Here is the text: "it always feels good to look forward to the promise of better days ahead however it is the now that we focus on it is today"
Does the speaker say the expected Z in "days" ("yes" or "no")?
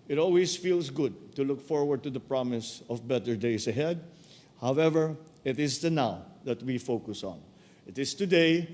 no